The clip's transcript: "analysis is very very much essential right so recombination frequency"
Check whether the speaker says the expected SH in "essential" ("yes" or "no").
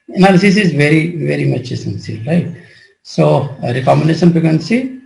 no